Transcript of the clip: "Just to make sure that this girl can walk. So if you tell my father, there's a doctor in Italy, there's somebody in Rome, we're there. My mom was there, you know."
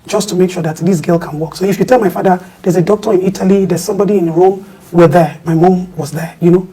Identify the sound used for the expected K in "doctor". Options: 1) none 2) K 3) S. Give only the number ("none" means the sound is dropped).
2